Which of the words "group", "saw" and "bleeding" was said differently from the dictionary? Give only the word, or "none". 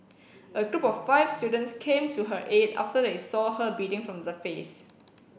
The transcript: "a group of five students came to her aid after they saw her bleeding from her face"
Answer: bleeding